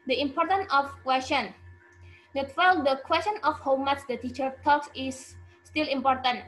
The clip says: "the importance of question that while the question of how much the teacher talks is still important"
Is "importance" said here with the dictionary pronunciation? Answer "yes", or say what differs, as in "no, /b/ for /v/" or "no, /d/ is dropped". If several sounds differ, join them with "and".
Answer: no, /s/ is dropped